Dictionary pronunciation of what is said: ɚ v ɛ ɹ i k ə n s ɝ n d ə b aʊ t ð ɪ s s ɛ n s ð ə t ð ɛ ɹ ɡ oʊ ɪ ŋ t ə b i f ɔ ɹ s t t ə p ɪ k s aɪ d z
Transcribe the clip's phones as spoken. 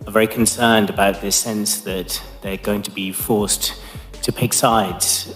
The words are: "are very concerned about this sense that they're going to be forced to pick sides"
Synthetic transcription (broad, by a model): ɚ v ɛ ɹ i k ə n s ɝ n d ə b aʊ t ð ɪ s s ɛ n s ð ə t ð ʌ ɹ ɡ oʊ ɪ ŋ t ə b i f ɔ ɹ s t t ə p ɪ k s aɪ d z